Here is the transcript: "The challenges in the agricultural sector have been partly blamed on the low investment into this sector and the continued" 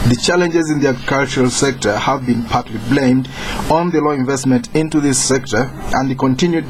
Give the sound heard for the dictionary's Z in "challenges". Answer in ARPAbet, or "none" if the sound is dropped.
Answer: Z